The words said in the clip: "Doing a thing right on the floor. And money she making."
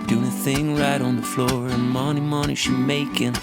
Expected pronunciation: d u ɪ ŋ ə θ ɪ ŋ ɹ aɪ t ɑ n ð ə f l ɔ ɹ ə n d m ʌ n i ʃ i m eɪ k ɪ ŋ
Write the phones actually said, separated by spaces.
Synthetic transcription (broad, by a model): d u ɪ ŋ ə θ ɪ ŋ ɹ aɪ t n ð ə f l ɔ ɹ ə n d m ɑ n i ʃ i m eɪ k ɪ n